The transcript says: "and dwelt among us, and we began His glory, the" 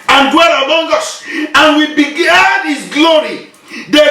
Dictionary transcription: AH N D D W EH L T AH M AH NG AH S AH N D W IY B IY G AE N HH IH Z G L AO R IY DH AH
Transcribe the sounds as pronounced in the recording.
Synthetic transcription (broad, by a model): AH N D D W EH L AH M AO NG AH S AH N W IY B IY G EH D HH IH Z G L AO R IY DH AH